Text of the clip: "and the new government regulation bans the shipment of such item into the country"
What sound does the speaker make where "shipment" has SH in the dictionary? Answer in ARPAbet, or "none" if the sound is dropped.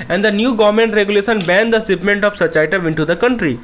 S